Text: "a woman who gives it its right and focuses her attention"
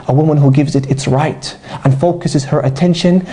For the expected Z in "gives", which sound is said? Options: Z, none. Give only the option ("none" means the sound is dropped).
Z